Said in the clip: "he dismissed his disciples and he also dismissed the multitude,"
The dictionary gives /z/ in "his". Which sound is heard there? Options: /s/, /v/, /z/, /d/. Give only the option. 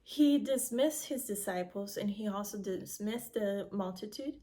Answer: /z/